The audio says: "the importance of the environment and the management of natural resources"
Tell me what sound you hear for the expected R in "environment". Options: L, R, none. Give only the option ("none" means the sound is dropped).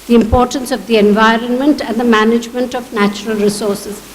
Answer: R